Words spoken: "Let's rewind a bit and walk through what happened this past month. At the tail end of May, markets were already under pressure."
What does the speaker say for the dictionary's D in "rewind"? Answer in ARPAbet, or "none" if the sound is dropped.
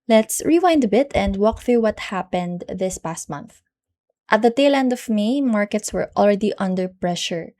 D